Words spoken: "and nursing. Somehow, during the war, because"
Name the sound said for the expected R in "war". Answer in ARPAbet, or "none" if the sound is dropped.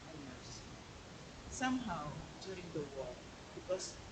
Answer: L